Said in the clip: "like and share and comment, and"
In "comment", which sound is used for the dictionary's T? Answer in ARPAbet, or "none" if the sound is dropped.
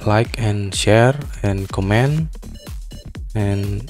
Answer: none